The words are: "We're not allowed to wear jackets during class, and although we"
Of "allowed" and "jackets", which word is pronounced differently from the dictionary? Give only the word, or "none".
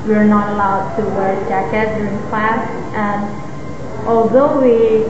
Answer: jackets